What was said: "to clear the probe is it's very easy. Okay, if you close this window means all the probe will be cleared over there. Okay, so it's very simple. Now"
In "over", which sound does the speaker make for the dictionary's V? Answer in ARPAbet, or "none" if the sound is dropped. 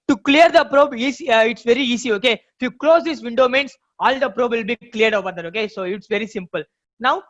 B